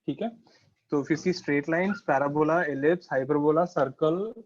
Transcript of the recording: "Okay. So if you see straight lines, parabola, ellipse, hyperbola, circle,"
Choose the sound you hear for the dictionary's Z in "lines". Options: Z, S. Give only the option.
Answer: S